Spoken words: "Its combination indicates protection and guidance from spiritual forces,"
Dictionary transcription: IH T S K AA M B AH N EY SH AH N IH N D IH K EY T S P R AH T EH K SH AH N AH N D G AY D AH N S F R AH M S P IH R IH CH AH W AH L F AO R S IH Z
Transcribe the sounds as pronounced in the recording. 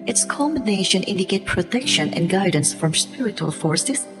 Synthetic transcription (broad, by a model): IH T S K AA M B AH N EY SH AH N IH N D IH K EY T P R AH T EH K SH AH N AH N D G AY D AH N S F R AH M S P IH R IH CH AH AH L F AO R S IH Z